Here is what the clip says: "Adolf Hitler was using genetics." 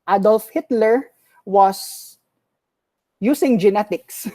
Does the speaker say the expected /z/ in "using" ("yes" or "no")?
no